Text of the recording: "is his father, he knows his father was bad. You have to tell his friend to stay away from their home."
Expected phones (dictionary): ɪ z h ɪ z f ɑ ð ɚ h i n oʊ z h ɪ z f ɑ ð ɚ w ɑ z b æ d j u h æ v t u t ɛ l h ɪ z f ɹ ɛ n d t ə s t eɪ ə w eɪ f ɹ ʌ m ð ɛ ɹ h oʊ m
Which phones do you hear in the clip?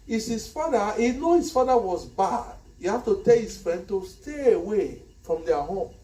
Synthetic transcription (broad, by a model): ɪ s h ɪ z f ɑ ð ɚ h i n oʊ h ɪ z f ɑ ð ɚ w ɑ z b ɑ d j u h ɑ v t u t ɛ l h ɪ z f ɹ ɛ n d t ə s t eɪ ə w eɪ f ɹ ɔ m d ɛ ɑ h oʊ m